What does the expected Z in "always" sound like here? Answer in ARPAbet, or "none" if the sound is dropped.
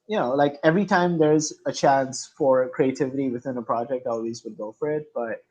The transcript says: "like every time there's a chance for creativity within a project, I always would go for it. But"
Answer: Z